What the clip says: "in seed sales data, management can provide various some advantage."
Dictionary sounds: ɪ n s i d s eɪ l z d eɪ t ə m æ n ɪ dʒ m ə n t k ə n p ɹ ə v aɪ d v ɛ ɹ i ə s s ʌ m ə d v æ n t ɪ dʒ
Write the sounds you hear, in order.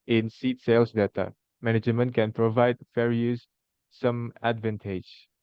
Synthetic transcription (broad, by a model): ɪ n s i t s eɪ l s d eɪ t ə m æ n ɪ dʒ m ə n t k ə n p ɹ ə v aɪ d f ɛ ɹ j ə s s ʌ m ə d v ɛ n t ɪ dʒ